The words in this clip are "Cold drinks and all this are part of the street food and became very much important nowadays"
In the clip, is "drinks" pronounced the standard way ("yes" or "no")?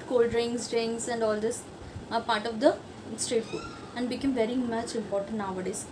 no